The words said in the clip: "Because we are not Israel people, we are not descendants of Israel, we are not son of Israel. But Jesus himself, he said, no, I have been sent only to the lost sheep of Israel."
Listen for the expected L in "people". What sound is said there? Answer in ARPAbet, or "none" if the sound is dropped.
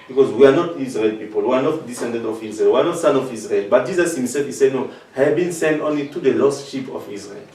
L